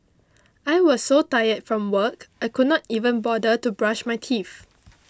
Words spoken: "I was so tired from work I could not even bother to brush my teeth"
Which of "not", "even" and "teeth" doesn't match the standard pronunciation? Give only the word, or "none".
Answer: teeth